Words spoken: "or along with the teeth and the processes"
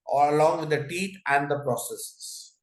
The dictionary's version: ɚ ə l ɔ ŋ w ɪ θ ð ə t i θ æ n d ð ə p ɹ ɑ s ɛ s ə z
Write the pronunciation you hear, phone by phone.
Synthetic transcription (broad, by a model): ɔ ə l ɔ ŋ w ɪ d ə t i t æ n d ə p ɹ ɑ s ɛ s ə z